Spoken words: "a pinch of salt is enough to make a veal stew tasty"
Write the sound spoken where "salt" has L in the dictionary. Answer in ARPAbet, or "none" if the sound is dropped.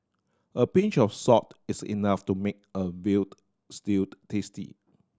none